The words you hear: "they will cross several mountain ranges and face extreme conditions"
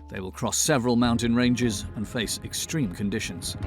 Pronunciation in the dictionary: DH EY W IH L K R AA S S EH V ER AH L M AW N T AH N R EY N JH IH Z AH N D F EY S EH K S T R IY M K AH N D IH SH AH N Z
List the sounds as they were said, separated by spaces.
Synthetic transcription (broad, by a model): DH EY W IH L K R AA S S EH V ER AH L M AW N T AH N R EY N JH IH Z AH N F EY S EH K S T R IY M K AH N D IH SH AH N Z